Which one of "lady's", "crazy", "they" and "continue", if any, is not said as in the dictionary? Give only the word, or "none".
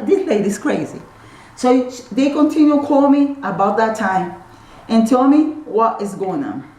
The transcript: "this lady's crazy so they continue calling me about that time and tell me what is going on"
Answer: lady's